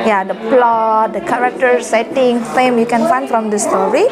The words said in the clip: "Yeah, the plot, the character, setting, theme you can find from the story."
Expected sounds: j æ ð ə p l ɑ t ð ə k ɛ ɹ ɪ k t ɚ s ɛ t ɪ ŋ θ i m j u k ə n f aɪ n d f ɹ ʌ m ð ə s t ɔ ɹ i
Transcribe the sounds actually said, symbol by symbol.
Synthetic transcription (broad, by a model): j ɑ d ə p l ɑ t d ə k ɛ ɹ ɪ k t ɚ s ɛ t ɪ ŋ f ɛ m j u k ə n f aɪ n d f ɹ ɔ m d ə s t ɔ ɹ i